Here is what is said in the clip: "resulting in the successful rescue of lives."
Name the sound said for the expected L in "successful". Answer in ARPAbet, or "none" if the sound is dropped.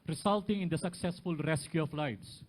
L